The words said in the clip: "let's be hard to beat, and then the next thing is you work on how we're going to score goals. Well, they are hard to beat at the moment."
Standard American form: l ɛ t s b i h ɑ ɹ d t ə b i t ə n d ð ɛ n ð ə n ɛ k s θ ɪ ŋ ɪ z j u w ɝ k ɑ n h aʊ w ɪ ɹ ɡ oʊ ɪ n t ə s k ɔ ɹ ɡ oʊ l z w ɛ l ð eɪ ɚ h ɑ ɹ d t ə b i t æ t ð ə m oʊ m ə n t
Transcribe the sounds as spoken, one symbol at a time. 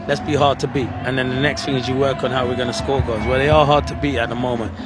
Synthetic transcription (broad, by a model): l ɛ t s b i h ɑ ɹ d t ə b i t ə n ð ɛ n ð ə n ɛ k s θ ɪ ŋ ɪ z j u w ɝ k n h aʊ w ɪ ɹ ɡ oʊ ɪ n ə s k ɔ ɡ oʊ z w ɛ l ð eɪ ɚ h ɑ ɹ d t ə b i t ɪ t ð ə m oʊ m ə n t